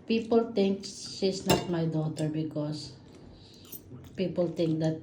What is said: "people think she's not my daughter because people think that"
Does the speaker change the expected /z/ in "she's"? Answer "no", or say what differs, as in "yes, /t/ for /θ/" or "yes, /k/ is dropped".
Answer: yes, /s/ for /z/